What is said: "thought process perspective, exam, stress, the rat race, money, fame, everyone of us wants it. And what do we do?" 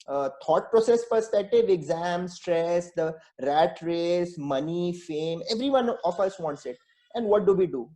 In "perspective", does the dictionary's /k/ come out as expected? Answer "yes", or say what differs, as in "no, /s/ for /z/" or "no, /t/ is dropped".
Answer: no, /k/ is dropped